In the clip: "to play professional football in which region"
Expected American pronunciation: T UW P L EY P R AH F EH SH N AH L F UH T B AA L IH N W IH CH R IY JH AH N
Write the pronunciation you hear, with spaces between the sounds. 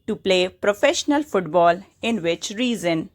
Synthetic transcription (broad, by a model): T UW P L EY P R AH F EH SH N AH L F UH T B AA L IH N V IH CH R IY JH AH N